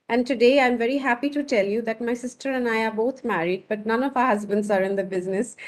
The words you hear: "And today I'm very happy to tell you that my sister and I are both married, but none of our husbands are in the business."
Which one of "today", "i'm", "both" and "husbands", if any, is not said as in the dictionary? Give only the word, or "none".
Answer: both